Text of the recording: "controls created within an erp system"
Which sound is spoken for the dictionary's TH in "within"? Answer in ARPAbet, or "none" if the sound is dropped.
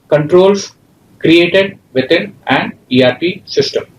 T